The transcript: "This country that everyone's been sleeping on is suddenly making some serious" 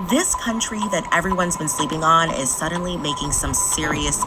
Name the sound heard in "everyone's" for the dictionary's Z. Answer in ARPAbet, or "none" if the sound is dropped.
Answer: Z